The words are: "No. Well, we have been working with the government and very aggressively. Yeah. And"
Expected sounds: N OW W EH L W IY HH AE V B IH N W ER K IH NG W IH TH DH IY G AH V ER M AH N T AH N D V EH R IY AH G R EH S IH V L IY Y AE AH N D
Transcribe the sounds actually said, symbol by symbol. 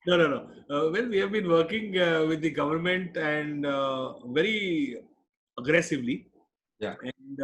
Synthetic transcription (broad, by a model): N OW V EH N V IY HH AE V B IH N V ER K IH NG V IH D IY G AH V ER M AH N T AH N D V EH R IY AH G R EH S IH V L IY Y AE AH N D